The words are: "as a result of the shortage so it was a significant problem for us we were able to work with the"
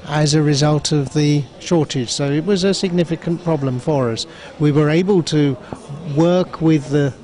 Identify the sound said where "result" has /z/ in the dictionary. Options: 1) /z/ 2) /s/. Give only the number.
1